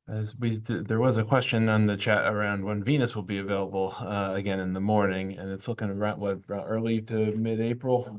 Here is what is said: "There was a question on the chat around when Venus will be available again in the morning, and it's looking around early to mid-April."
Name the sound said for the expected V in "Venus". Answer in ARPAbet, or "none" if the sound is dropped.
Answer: V